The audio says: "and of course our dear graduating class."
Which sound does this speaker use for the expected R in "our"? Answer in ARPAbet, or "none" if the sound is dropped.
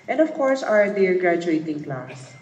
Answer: R